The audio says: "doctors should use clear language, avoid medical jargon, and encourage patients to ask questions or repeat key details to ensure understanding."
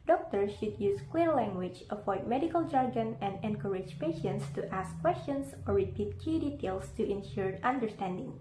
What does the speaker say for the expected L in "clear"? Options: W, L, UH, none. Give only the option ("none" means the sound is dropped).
W